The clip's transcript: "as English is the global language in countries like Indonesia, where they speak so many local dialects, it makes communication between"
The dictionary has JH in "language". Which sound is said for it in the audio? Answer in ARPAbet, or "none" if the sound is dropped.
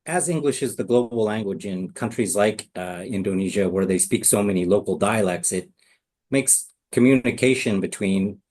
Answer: JH